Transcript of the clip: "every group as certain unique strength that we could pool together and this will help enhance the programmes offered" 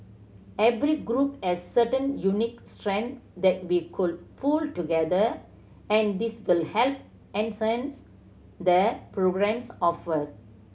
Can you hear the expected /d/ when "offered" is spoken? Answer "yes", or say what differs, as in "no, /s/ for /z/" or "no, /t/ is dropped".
no, /d/ is dropped